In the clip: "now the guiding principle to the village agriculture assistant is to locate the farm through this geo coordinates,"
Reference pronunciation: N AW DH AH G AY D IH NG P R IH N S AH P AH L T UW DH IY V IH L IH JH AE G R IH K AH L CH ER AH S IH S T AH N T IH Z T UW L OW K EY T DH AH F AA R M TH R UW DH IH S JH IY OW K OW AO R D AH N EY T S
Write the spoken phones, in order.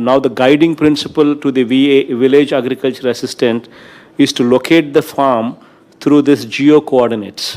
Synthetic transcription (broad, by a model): N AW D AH G AY D IH NG P R IH N S AH P AH L T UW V IY V IH L IH JH AE G R IH K AH L CH ER AH S IH S T AH N T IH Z T UW L OW K EY T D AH F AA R M T R UW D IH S JH IY OW K OW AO R D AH N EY T S